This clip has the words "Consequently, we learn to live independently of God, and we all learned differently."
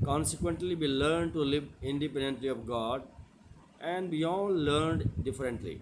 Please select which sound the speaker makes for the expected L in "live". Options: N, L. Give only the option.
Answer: L